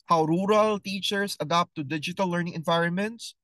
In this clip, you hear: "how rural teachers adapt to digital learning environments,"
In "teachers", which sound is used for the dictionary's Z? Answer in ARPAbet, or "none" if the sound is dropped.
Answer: S